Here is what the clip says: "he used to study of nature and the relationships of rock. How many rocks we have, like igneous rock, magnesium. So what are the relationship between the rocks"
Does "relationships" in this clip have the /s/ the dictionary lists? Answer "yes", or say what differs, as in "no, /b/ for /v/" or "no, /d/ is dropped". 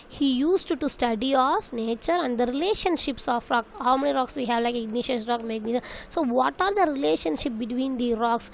yes